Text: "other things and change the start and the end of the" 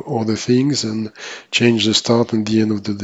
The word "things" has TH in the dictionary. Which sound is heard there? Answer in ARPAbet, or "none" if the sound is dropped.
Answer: TH